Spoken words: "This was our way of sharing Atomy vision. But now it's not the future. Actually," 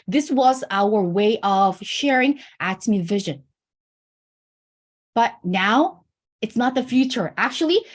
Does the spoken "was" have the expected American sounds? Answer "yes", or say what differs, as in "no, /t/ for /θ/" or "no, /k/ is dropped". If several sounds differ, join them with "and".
yes